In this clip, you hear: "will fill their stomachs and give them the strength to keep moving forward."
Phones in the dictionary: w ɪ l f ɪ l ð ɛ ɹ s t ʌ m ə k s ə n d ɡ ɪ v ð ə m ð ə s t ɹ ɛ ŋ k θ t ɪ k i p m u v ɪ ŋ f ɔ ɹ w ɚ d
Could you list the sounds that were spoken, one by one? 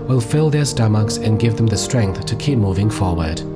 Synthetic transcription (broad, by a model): w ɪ l f ɪ l ð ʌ ɹ s t ʌ m ə k s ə n ɡ ɪ v ð ə m ð ə s t ɹ ɛ ŋ k θ t ɪ k i p m u v ɪ ŋ f ɔ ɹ w ɚ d